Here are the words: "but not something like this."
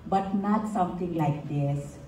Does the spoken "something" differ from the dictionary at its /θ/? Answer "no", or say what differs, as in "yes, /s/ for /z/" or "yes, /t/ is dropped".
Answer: yes, /t/ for /θ/